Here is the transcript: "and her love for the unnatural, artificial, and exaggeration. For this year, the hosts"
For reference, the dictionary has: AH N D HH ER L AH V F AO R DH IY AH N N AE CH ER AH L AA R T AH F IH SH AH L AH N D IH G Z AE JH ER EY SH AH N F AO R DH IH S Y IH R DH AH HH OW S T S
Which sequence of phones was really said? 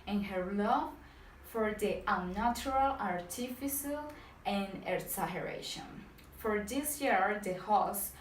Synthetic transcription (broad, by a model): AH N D HH ER L AH V F AO R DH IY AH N N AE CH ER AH L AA R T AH F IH S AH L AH N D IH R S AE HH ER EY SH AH N F AO R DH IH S Y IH R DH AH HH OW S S